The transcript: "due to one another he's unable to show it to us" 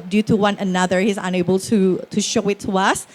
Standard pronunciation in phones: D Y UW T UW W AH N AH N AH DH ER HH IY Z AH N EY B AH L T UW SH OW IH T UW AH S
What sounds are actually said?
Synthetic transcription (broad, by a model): D Y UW T UW W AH N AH N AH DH ER HH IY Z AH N EY B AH L T UW SH OW IH T UW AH S